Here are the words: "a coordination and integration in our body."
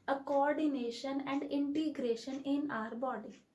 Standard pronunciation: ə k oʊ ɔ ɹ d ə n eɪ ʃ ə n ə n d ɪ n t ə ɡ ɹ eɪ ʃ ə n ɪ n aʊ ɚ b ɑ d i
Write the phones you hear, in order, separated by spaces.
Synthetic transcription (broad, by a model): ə k oʊ ɔ ɹ d ə n eɪ ʃ ə n ə n d ɪ n t ə ɡ ɹ eɪ ʃ ə n ɪ n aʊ ɚ b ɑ d i